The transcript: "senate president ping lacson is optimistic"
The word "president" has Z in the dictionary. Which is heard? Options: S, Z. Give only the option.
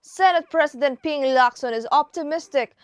S